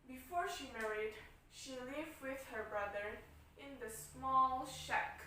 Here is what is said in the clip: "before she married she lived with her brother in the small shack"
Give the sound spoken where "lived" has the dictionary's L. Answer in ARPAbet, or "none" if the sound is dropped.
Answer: L